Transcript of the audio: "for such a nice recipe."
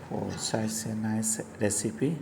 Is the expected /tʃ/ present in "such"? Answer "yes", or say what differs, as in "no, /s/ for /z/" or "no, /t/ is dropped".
no, /s/ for /tʃ/